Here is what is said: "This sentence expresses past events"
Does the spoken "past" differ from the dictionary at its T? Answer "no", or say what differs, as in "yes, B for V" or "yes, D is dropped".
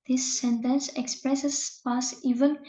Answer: yes, T is dropped